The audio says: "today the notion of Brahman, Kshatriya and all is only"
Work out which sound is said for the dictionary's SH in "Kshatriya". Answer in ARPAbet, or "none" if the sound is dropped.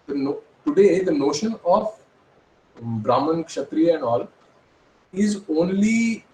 SH